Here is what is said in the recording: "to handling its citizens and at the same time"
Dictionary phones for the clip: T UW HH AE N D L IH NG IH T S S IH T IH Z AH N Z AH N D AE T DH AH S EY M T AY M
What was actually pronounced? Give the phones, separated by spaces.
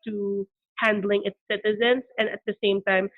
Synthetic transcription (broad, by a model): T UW HH AE N D L IH NG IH T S S IH T IH Z AH N Z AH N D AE T DH AH S EY M T AY M